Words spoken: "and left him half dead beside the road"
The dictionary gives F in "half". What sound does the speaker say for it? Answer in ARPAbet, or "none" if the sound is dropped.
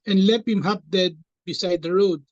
P